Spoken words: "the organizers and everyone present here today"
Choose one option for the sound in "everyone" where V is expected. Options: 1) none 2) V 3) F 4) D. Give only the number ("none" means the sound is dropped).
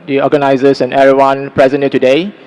1